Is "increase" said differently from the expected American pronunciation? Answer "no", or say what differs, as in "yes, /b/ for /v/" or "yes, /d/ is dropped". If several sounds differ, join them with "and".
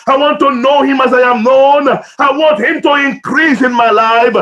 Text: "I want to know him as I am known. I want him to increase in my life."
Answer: no